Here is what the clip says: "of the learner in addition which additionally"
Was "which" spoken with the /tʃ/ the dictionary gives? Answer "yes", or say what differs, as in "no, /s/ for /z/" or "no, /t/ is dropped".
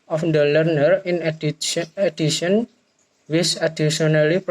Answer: no, /s/ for /tʃ/